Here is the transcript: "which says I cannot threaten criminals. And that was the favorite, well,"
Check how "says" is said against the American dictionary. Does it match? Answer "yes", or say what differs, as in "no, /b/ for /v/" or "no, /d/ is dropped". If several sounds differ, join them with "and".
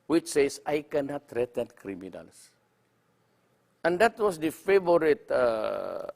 no, /s/ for /z/